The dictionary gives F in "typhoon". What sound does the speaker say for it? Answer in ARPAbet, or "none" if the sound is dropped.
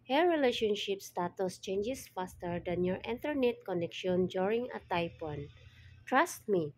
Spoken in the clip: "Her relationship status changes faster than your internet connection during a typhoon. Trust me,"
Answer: P